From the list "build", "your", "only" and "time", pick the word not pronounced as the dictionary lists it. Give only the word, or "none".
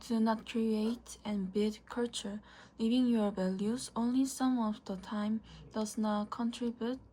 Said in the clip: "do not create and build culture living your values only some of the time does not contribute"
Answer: build